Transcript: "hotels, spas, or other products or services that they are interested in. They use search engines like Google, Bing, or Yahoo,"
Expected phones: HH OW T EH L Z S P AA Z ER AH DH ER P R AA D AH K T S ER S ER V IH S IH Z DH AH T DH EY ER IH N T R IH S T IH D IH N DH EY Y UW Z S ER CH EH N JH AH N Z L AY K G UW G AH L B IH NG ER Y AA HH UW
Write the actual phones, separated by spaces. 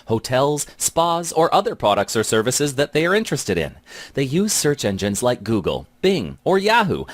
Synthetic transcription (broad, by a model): HH OW T EH L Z S P AA Z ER AH DH ER P R AA D AH K T S ER S ER V IH S IH Z DH AH T DH EY ER IH N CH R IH S T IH D IH N DH EY Y UW Z S ER CH EH N JH AH N Z L AY K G UW G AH L B IH NG ER Y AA HH UW